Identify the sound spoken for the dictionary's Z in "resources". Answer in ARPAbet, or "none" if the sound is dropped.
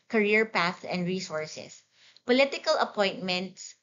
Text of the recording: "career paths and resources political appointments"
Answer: S